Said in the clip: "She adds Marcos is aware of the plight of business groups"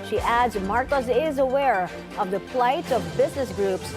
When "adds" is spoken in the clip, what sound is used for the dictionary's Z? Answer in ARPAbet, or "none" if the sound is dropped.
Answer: Z